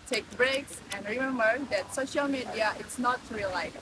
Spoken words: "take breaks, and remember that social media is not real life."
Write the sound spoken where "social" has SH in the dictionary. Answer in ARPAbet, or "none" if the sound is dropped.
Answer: SH